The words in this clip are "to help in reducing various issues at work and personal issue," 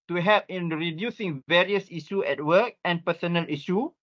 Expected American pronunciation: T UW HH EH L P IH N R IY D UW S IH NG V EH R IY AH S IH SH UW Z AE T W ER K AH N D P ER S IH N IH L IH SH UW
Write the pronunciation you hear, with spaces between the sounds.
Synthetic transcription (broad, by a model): T UW HH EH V IH N R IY D UW S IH NG V EH R IY AH S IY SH UW EH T W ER K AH N P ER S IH N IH L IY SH UW